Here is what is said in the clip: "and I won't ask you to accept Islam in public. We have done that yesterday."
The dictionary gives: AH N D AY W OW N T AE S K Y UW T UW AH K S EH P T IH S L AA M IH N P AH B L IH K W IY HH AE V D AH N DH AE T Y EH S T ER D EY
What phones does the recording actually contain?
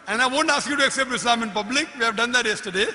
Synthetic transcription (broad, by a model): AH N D AY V OW N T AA S K Y UW T UW AH K S EH P T IH S L AA M IH N P AH B L IH K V IY HH AE V D AH N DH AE T Y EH S T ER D EY